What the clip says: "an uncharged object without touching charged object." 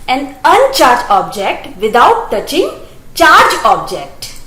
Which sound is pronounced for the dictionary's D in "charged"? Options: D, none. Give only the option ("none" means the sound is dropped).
none